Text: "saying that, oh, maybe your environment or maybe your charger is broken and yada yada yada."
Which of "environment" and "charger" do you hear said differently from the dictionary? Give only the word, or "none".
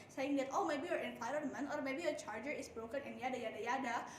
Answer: environment